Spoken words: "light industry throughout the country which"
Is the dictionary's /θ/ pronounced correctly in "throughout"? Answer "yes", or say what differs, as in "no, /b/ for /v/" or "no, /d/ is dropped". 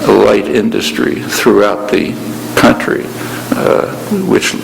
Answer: yes